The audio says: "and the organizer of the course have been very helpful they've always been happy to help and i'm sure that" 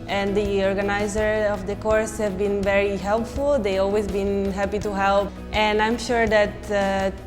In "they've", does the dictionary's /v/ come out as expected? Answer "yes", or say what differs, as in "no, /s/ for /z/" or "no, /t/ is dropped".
no, /v/ is dropped